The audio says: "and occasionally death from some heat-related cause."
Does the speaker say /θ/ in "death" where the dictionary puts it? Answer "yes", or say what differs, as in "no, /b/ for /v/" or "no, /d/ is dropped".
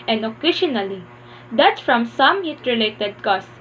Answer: no, /s/ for /θ/